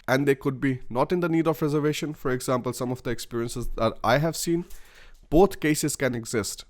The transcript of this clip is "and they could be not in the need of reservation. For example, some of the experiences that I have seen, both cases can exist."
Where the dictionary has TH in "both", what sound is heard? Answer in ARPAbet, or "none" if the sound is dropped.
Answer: T